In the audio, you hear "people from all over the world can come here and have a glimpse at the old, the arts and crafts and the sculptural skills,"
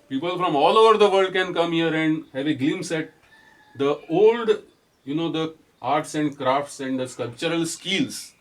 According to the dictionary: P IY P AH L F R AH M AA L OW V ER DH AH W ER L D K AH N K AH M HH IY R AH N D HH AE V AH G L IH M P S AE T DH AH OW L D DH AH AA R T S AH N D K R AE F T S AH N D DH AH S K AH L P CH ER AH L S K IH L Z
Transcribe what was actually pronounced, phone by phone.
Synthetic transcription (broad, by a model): P IY P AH L F R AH M AA L OW V ER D AH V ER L D K AH N K AH M HH IY R AH N D HH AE V AH G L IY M S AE T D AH OW L D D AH AA R T S AH N D K R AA F T S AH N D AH S K AH L P CH ER AH L S K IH L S